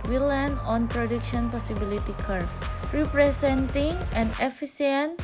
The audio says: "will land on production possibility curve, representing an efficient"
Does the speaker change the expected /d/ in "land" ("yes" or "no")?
yes